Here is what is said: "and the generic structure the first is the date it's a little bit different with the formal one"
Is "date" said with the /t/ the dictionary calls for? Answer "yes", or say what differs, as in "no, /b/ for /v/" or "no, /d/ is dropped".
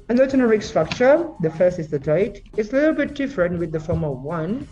no, /t/ is dropped